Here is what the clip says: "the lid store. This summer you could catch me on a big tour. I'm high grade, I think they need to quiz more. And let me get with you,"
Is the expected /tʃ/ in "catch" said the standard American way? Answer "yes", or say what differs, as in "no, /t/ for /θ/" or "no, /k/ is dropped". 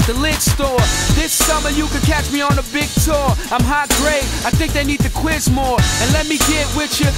yes